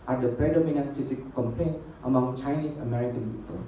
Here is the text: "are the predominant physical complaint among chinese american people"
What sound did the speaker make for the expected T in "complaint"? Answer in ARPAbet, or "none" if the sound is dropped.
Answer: T